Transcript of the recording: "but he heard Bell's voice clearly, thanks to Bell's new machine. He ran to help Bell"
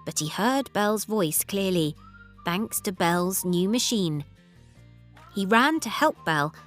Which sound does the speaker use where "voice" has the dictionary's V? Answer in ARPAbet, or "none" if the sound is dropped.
V